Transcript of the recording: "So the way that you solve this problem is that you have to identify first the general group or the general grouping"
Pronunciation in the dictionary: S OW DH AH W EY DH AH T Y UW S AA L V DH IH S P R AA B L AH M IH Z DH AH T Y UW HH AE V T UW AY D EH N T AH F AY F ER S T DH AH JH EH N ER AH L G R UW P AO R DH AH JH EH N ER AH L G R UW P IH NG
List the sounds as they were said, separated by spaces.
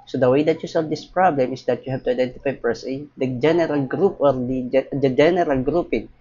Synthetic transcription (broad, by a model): S OW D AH W EY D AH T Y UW S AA L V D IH S P R AA B L AH M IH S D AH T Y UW HH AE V T UW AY D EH N T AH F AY P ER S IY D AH JH EH N ER AH L G R UW P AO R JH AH JH EH N ER AH L G R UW P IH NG